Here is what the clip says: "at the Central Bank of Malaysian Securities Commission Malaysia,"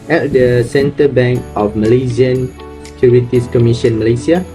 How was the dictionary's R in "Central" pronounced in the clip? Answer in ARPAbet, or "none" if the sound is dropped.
none